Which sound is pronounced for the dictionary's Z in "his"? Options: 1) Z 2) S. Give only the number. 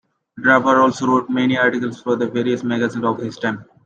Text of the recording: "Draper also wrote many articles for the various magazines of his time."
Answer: 2